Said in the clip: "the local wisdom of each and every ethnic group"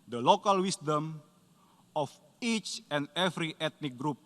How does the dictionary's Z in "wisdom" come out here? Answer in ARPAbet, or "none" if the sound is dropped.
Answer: S